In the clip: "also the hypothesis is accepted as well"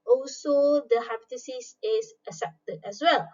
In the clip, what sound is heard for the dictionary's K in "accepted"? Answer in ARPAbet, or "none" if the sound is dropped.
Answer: none